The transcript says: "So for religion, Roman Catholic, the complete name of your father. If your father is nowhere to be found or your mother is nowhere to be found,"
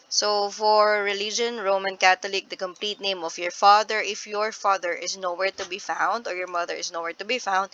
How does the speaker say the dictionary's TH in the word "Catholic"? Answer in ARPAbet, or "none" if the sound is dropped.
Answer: T